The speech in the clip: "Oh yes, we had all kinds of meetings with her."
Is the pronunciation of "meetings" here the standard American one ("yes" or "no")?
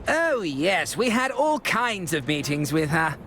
yes